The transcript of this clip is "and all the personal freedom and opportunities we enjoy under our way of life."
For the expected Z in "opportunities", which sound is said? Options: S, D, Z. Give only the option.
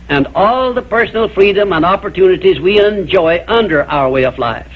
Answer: Z